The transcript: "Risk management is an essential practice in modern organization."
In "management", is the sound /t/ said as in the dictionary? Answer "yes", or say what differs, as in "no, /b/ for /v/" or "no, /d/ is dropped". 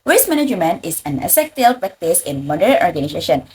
no, /t/ is dropped